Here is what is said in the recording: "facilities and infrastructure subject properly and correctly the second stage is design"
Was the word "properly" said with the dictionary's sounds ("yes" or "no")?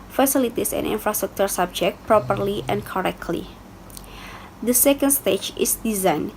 yes